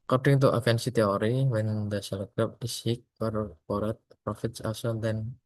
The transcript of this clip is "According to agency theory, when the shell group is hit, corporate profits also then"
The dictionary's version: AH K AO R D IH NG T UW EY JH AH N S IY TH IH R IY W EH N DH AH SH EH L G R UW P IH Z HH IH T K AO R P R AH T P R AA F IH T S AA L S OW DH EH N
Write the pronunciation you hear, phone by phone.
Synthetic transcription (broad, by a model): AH K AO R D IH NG T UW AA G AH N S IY T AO R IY W EH N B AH S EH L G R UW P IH S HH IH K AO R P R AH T P R AA F IH T S AA L S OW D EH N